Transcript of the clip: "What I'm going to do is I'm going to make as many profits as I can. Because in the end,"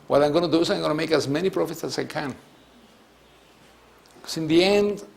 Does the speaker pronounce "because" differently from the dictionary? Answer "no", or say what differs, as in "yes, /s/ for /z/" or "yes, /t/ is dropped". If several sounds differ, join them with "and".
yes, /s/ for /z/